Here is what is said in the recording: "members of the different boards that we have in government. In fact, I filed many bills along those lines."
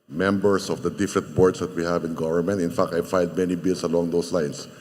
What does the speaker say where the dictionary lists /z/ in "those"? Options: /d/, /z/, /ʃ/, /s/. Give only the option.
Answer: /s/